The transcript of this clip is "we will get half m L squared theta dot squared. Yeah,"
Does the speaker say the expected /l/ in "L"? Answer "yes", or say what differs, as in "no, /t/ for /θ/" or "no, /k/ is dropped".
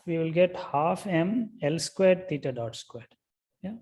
yes